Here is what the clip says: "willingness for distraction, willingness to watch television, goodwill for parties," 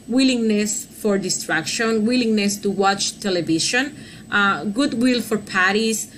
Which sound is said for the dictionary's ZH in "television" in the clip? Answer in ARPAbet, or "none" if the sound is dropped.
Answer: SH